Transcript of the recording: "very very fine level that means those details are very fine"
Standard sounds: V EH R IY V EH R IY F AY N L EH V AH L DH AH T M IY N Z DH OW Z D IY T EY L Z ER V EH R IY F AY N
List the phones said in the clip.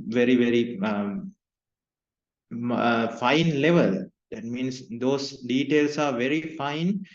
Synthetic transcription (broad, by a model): V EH R IY V EH R IY F AY N L EH V AH L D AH T M IY N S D OW S D IY T EY L S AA V EH R IY F AY N